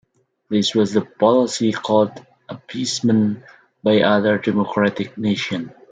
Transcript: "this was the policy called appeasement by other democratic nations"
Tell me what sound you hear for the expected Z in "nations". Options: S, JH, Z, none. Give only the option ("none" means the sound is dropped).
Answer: none